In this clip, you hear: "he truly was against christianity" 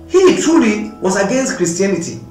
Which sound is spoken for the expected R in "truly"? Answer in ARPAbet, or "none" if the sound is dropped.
none